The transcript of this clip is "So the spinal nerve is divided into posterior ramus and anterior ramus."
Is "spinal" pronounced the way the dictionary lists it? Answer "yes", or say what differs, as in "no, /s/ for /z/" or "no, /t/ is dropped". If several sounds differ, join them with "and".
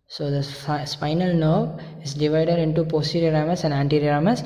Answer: yes